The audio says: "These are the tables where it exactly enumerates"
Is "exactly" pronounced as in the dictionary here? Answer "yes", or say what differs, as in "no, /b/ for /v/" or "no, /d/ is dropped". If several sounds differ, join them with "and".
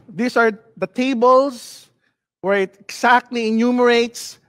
no, /s/ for /z/